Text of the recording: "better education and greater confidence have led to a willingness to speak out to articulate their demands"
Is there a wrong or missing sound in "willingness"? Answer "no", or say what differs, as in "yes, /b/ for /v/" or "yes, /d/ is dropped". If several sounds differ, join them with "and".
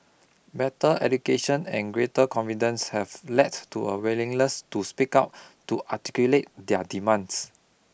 yes, /l/ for /n/